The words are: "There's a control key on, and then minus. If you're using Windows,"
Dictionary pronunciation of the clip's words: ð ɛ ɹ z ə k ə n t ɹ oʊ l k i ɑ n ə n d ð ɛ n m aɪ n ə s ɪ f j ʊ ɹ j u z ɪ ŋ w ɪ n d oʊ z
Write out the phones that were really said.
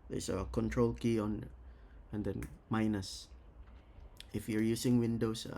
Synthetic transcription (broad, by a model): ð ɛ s ə k ə n t ɹ oʊ l k i ɑ n ə n d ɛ n m aɪ n ə s ɪ f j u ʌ j u s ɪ ŋ w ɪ n d oʊ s